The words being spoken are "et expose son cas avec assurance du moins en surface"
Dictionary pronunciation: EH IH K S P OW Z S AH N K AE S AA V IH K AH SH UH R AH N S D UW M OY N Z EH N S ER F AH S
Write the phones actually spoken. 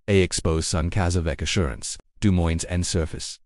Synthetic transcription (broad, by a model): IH IH K S P OW Z S AH N K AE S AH V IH K AH SH UH R AH N S D UW M OY N Z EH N S ER F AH S